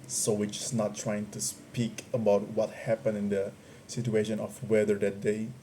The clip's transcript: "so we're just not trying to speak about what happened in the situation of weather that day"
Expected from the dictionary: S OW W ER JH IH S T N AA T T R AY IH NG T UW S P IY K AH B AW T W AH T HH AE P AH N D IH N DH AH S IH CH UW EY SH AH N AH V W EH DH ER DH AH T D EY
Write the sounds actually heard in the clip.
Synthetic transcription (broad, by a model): S OW W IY CH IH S N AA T T R AY IH NG T UW S P IY K AH B AW T W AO T HH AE P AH N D IH N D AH S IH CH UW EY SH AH N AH F W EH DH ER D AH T D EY